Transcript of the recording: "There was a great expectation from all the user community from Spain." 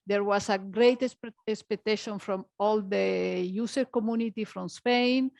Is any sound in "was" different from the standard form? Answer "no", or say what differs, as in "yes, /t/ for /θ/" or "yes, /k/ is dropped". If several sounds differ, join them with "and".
yes, /s/ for /z/